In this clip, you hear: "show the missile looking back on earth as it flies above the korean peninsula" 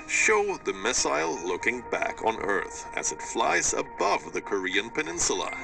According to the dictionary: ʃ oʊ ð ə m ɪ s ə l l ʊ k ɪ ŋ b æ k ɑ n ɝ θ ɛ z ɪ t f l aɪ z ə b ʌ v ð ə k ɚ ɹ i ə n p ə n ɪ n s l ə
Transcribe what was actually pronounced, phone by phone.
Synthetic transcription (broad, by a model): ʃ oʊ ð ə m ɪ s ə l l ʊ k ɪ ŋ b æ k n ɝ θ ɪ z ɪ t f l aɪ z ə b ʌ v ð ə k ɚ ɹ i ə n p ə n ɪ n s l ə